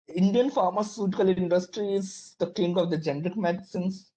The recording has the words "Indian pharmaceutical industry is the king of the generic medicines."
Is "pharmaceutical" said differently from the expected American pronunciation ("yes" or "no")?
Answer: no